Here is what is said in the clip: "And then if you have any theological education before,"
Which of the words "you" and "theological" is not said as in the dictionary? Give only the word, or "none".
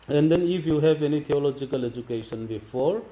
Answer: theological